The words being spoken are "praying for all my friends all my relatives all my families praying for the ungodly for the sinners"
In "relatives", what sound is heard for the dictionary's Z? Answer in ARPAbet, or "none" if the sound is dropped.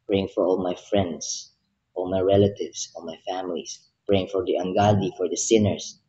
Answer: S